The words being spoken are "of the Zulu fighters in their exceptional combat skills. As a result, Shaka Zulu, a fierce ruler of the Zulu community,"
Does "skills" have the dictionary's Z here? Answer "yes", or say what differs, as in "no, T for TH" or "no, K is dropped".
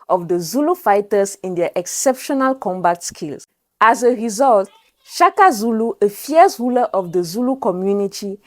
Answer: no, S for Z